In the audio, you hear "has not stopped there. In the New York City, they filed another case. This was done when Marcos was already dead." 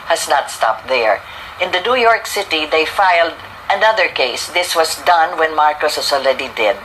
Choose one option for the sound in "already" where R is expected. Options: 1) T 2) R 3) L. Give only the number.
3